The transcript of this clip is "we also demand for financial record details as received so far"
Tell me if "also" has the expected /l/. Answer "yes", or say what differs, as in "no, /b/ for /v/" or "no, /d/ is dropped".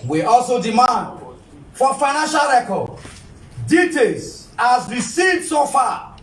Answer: yes